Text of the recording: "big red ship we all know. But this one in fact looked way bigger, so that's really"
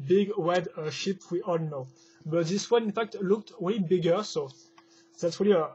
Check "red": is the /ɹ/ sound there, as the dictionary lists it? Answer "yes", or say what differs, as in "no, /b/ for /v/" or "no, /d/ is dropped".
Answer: no, /w/ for /ɹ/